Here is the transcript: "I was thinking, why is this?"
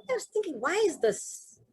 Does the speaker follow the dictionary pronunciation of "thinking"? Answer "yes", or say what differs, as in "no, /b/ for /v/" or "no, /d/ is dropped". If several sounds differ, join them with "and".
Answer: yes